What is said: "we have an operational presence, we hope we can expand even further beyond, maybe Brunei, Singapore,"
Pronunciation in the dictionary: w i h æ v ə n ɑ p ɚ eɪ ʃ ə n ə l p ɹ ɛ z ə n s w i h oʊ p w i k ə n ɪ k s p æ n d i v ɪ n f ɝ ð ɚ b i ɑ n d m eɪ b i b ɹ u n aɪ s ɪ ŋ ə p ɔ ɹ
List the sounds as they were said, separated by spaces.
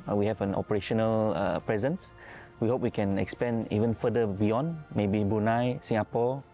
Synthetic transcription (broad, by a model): w i h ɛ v ə n ɑ p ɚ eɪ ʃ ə n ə l p ɹ ɛ z ə n s w i h oʊ p w i k ə n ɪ k s p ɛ n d i v ɪ n f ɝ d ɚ b i ɑ n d m eɪ b i b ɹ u n aɪ s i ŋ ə p ɔ